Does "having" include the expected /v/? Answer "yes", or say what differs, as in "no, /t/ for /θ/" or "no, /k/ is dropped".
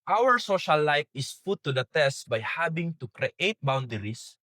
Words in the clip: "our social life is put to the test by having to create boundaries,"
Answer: no, /b/ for /v/